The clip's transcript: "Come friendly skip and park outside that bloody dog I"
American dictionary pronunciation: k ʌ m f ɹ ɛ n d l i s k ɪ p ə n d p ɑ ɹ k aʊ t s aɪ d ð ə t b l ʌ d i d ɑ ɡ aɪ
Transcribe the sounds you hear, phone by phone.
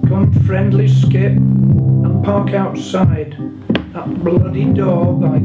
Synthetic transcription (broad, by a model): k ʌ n f ɹ ɛ n d l i s k ɪ p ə n p ɑ ɹ k aʊ t s aɪ d ð ə t b l ʌ d i d ɑ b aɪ